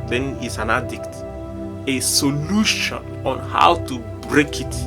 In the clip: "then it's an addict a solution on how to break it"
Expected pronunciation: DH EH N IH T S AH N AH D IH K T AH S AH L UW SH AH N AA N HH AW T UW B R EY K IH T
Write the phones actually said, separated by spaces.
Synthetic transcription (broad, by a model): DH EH N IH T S AH N AH D IH K T AH S AH L UW SH AH N AA N HH AW T UW B R EY K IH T